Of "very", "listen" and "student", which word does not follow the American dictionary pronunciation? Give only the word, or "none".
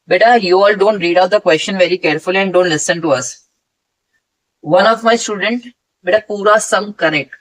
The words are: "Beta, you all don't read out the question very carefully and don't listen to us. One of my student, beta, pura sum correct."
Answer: none